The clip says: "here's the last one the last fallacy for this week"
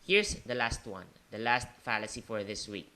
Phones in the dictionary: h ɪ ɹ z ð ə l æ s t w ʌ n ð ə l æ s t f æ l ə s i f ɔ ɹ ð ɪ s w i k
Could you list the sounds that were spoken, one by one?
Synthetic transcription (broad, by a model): h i ɹ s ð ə l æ s t w ʌ n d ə l æ s t f æ l ə s i f ɔ ɹ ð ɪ s w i k